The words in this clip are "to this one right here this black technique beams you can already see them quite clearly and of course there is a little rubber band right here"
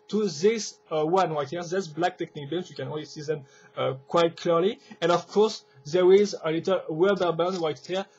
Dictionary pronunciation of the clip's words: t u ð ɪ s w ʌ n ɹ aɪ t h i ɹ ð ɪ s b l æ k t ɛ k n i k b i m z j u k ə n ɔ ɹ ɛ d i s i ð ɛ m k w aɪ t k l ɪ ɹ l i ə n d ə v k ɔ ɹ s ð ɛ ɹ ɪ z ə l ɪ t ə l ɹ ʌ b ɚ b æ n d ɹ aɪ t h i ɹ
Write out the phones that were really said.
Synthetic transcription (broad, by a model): t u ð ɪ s w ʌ n w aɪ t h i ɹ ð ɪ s b l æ k t ɛ k n i k b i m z j u k ə n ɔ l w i s i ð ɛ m k w aɪ t k l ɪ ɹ l i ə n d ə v k ɔ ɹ s ð ɛ ɹ ɪ z ə l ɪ t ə l w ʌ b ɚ b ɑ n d w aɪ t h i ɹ